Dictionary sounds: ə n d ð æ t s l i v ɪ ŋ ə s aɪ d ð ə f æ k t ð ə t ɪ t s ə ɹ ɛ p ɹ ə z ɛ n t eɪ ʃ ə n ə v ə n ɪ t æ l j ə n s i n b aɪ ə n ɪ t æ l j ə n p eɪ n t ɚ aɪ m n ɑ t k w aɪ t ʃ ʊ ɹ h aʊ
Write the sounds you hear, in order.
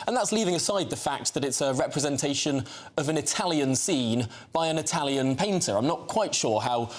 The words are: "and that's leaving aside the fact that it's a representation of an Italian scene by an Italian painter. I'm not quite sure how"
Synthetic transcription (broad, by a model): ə n ð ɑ t s l i v ɪ ŋ ə s aɪ d ð ə f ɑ k t ð ə t ɪ t s ə ɹ ɛ p ɹ ə z ɛ n t eɪ ʃ ə n ə v ə n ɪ t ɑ l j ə n s i n b aɪ ə n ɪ t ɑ l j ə n p eɪ n t ɚ aɪ m n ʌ t k w aɪ t ʃ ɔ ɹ h aʊ